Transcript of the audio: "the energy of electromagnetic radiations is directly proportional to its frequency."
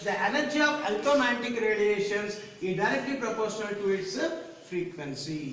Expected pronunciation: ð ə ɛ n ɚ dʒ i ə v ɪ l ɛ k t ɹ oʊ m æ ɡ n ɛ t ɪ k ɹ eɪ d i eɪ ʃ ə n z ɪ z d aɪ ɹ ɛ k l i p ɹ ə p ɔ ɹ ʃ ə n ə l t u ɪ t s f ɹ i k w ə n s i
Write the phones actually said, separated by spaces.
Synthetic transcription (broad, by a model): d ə ɛ n ɚ dʒ i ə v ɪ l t oʊ m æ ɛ t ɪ k ɹ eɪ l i eɪ ʃ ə n s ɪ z d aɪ ɹ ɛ k l i p ɹ ə p ɔ ɹ ʃ ə n ə l t u ɪ t s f ɹ i k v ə n s i